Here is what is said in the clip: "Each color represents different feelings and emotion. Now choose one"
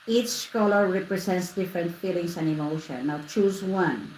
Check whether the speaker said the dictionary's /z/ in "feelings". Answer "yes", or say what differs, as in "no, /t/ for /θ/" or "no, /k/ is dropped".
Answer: no, /s/ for /z/